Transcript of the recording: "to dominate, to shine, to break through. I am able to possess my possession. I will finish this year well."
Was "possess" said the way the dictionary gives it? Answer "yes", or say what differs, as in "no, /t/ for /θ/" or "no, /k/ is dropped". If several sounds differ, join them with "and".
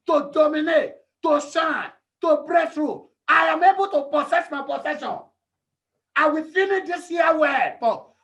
no, /s/ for /z/